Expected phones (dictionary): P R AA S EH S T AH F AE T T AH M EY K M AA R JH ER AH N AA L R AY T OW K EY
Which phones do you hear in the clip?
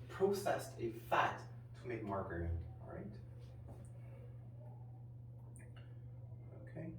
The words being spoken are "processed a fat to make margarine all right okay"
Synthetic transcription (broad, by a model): P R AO S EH S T AH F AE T T AH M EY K M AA R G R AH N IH N R AY T OW K EY